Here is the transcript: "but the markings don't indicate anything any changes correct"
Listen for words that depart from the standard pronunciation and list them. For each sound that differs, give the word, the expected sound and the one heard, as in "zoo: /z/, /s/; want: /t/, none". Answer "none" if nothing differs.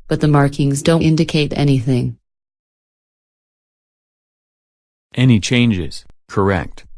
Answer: none